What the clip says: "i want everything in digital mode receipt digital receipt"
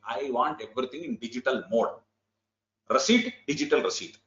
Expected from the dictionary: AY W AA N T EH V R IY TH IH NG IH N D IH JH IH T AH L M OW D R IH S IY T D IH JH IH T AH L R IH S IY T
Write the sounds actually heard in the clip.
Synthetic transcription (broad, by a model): AY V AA N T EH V R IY T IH NG IH N D IH JH IH T AH L M OW D R IH S IY T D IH JH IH T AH L R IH S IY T